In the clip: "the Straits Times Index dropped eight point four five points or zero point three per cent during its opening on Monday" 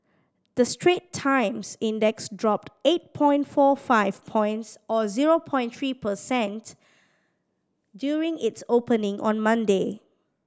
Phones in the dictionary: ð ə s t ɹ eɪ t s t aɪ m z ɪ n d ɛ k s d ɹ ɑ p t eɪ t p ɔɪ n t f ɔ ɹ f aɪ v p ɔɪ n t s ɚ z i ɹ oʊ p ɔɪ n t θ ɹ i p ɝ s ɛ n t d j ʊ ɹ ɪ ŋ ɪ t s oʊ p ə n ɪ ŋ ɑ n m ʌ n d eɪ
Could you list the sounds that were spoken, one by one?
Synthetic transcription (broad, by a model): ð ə s t ɹ eɪ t t aɪ m s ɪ n d ɛ k s d ɹ ɑ p t eɪ t p ɔɪ n t f ɔ f aɪ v p ɔɪ n t s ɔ z i ɹ oʊ p ɔɪ n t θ ɹ i p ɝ s ɛ n t d j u ɹ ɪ ŋ ɪ t s oʊ p ə n ɪ ŋ ɑ n m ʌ n d eɪ